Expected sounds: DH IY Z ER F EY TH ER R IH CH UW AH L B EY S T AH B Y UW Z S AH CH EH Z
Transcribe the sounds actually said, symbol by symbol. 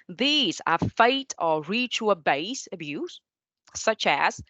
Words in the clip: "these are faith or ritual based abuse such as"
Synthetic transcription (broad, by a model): DH IY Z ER F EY T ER R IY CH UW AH B EY S AH B Y UW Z S AH CH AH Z